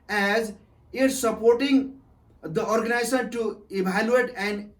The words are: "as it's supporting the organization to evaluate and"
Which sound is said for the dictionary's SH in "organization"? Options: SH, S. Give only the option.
S